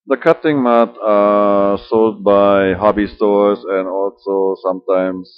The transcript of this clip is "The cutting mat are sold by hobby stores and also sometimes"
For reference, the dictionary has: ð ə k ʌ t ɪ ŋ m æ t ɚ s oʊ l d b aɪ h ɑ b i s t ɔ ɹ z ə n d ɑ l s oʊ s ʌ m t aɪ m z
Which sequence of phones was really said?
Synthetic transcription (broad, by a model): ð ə k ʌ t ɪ ŋ m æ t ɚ s oʊ l d b aɪ h ɑ b i s t ɔ ɹ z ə n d ɑ l s oʊ s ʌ m t aɪ m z